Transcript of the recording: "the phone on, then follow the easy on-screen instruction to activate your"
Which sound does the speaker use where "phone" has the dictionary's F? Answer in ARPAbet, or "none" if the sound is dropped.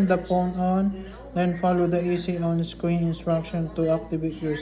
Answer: P